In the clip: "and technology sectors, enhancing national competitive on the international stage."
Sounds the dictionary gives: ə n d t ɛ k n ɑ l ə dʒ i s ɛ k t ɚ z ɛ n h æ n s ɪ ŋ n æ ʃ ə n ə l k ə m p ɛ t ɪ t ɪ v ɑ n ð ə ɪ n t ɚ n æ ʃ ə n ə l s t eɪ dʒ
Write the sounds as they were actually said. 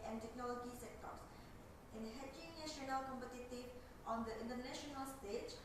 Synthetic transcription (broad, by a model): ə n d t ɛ k n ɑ l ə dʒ i s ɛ k t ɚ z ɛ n h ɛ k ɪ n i ə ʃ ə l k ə m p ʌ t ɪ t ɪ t ɑ n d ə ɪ n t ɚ n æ ʃ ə n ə l s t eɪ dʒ